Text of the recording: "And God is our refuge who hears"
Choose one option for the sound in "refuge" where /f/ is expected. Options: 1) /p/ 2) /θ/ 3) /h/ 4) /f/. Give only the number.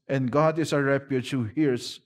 1